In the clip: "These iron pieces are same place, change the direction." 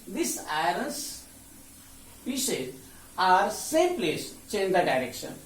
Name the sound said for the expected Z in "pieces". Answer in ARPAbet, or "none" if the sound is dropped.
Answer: none